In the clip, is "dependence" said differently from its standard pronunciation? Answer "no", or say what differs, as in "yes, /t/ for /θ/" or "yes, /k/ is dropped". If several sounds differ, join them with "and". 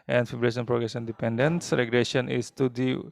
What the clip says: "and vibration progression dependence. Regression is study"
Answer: no